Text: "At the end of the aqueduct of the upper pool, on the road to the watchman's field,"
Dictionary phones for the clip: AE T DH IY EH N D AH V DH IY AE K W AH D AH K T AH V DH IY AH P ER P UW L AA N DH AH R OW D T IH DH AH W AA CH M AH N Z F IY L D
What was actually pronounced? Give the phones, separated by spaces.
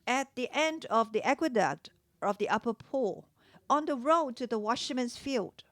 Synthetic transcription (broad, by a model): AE T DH IY EH N D AH V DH IY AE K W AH D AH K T AH V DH IY AH P ER P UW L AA N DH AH R OW D T IH DH AH W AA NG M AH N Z F IY L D